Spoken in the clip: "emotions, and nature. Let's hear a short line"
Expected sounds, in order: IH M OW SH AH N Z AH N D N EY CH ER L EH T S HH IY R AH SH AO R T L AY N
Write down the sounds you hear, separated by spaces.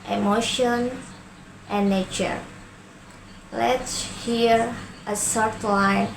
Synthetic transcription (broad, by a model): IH M OW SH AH N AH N N EY CH ER L EH T S HH IY R AH S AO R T L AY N